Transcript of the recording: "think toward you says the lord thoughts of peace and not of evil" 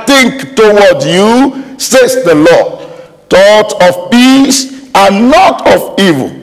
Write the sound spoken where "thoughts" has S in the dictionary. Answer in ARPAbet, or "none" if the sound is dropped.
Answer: none